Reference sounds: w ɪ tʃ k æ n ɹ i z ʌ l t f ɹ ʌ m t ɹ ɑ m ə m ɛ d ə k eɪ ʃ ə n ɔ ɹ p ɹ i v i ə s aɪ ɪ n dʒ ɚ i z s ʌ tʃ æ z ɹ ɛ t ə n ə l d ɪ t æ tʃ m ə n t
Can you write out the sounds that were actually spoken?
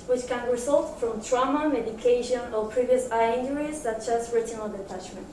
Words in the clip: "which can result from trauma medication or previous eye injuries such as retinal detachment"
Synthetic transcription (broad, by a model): w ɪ tʃ k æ n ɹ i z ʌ l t f ɹ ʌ m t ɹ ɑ m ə m ɛ d ə k eɪ ʃ ə n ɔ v p ɹ i v i ə s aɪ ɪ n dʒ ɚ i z s ʌ tʃ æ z ɹ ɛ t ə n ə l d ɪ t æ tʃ m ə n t